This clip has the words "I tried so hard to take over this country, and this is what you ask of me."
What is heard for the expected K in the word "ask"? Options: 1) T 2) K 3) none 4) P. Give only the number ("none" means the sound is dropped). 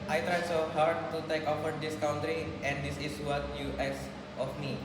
3